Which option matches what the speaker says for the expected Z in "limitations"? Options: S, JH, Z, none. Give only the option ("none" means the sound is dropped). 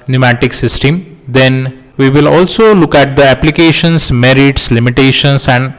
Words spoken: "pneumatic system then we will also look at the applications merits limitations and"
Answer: S